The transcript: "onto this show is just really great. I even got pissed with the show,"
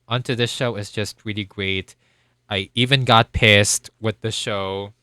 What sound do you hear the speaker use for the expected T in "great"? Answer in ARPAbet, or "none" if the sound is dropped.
T